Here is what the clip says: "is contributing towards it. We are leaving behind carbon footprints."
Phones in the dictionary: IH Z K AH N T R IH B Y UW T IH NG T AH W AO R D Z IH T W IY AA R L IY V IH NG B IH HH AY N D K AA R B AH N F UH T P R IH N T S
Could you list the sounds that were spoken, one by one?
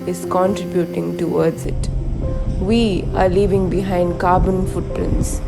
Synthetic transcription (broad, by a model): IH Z K AH N T R IH B Y UW T IH NG T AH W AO R D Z IH T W IY AA R L IY V IH NG B IH HH AY N D K AA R B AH N F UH T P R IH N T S